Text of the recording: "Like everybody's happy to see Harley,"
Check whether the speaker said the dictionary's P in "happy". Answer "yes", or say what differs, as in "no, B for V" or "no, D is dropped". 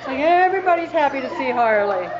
yes